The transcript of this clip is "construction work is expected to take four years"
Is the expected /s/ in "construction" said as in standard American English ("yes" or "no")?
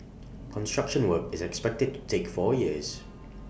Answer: yes